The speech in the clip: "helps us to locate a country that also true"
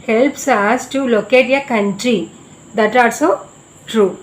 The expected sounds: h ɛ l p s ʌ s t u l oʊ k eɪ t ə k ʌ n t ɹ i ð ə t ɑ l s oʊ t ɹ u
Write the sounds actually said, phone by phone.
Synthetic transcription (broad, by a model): h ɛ l p s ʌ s t u l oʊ k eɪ t ə k ʌ n t ɹ i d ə t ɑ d s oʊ t ɹ u